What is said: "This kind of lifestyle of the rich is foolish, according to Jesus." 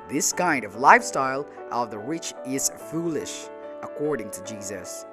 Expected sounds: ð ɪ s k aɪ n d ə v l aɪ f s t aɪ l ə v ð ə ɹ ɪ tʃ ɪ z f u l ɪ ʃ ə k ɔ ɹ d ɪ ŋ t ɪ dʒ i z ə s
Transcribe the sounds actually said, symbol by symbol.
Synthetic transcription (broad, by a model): ð ɪ s k aɪ n d ə v l aɪ f s t aɪ l ə v ð ə ɹ ɪ tʃ ɪ z f u l ɪ ʃ ə k ɔ ɹ d ɪ ŋ t ɪ dʒ i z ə s